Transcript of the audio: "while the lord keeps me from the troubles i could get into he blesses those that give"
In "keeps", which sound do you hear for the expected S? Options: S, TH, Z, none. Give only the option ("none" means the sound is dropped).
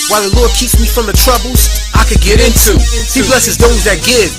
S